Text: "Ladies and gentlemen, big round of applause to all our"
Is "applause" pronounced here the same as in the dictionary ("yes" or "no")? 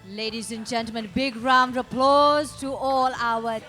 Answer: yes